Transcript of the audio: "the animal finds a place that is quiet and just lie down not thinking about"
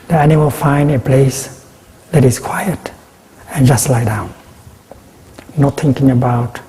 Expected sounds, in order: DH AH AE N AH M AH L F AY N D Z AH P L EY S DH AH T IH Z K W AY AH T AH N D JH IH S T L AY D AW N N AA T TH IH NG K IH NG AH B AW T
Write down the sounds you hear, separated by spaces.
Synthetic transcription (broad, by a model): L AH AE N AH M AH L F AY N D AH P L EY S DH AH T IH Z K W AY AH T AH N JH IH S T L AY D AW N N AA T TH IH NG K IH NG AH B AW T